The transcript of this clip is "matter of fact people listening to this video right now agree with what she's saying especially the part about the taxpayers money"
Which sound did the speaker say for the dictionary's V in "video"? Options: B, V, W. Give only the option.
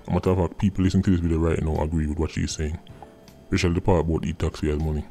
B